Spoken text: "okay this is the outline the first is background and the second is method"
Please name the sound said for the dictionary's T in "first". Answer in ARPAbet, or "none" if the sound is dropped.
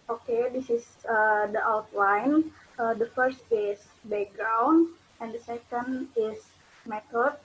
T